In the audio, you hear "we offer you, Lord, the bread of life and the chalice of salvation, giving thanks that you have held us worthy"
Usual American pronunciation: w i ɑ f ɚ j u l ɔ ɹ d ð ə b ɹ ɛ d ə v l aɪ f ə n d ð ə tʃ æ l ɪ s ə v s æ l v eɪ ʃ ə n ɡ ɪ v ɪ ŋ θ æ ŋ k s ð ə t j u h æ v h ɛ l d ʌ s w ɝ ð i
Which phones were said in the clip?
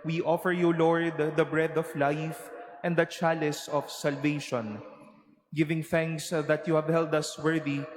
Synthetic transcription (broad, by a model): w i ɑ f ɚ j u l ɔ ɹ d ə b ɹ ɛ d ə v l aɪ f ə n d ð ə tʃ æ l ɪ s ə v s æ l v eɪ ʃ ə n ɡ ɪ v ɪ ŋ θ æ ŋ k s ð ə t j u h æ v h ɛ l d ʌ s w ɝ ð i